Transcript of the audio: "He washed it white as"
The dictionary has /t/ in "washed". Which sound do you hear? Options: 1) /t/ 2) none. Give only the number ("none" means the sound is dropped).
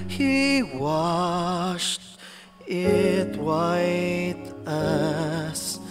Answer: 1